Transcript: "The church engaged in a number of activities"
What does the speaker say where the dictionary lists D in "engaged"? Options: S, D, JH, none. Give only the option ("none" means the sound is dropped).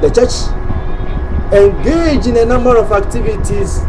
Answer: none